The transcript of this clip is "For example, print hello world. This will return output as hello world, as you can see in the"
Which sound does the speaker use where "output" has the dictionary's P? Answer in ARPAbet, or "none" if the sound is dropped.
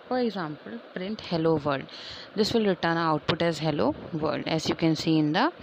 P